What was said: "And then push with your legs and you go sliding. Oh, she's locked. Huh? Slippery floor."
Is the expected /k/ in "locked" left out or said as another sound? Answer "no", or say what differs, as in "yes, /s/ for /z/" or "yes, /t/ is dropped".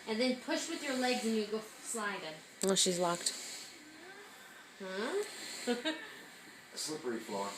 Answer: no